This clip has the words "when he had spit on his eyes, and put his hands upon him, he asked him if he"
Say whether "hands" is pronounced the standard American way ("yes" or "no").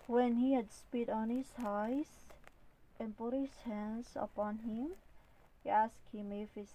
yes